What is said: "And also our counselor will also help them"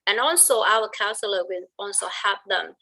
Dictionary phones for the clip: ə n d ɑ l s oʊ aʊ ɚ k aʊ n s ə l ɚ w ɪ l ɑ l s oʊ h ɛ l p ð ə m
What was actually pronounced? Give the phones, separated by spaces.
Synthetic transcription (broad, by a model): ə n ɑ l s oʊ aʊ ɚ k aʊ n s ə l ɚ w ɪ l ɑ l s oʊ h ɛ p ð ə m